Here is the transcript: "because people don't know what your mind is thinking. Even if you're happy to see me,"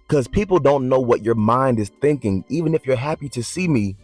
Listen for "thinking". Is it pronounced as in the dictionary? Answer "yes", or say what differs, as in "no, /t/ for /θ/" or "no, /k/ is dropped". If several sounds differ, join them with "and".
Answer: yes